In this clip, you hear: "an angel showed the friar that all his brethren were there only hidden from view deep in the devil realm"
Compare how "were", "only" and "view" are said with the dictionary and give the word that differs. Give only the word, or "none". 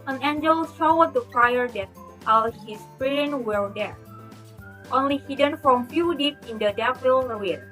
view